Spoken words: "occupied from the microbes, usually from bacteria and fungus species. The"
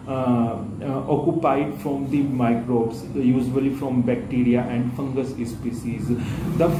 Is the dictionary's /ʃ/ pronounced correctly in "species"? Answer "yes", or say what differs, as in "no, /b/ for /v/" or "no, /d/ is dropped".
no, /s/ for /ʃ/